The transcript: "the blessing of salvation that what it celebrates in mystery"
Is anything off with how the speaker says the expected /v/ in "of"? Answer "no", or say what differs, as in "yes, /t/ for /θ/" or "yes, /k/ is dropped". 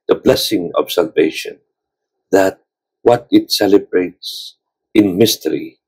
yes, /b/ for /v/